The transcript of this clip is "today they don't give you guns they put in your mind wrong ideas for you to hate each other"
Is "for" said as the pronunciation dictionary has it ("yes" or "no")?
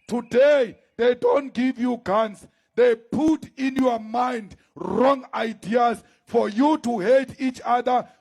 yes